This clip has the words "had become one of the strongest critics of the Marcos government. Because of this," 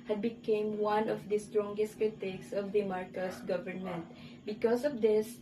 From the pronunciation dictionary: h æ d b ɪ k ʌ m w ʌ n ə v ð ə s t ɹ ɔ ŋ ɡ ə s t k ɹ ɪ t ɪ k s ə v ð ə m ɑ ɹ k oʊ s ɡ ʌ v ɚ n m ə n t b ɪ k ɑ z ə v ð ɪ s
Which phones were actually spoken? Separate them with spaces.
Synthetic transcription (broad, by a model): h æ d b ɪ k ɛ m w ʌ n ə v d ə s t ɹ ɔ ŋ ɡ ə s t k ɹ ɪ t ɪ k s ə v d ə m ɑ ɹ k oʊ s ɡ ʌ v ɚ n m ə n t b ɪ k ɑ s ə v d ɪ s